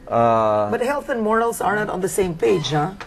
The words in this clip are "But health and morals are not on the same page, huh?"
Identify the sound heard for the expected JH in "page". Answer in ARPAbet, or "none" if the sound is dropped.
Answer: JH